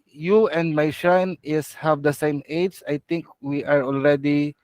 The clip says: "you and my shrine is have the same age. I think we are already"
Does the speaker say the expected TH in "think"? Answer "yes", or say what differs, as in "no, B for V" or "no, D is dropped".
no, T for TH